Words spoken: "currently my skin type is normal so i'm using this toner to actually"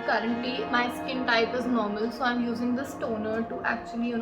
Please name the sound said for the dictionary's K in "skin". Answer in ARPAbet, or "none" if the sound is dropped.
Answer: K